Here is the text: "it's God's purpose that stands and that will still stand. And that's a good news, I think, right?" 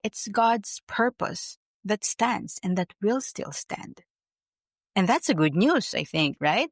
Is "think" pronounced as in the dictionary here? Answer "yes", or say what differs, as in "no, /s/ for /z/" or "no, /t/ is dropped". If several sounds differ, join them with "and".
yes